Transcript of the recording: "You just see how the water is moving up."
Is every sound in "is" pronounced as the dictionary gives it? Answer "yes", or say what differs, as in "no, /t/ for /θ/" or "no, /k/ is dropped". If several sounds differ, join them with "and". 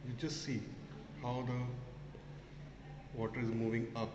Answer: yes